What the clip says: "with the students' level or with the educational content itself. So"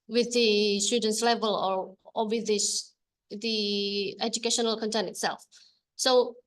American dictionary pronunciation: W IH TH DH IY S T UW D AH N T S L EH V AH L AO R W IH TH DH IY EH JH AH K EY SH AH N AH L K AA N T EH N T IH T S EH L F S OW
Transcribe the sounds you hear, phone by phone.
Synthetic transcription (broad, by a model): W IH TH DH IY S T UW D AH N T S L EH V AH L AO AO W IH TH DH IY EH JH AH K EY SH AH N AH L K AA N T EH N T IH T S EH L F S OW